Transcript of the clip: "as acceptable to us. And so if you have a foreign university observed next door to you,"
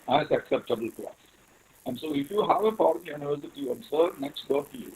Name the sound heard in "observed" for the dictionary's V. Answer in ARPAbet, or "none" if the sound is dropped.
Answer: none